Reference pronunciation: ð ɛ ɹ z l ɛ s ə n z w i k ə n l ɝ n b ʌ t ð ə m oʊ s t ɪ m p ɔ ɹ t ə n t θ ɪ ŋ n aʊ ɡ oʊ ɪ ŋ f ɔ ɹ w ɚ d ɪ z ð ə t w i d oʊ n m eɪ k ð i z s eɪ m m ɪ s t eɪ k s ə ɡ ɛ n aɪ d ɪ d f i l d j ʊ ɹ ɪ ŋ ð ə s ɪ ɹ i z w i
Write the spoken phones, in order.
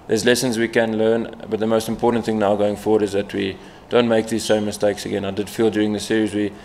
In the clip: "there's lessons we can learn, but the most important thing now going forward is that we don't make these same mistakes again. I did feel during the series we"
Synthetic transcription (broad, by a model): ð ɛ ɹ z l ɛ s ə n z w i k ə n l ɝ n b ʌ t ð ə m oʊ s t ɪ m p ɔ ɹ t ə n t θ ɪ ŋ n aʊ ɡ oʊ ɪ ŋ f ɔ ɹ w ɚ d ɪ z ð ə t w i d oʊ n m eɪ k ð i z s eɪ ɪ m ɪ s t eɪ k s ə ɡ ɛ n aɪ d ɪ d f i l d j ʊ ɹ ɪ ŋ ð ə s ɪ ɹ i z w i